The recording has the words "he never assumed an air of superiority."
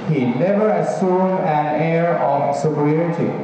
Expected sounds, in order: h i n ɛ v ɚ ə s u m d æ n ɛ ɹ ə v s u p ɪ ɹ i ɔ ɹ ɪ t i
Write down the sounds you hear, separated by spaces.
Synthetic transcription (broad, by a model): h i n ɛ v ɚ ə s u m æ n ɛ ɹ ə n s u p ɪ ɹ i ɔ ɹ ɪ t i